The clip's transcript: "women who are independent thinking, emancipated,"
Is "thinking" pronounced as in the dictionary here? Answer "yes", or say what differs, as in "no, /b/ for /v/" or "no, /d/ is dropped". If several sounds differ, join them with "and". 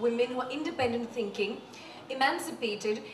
yes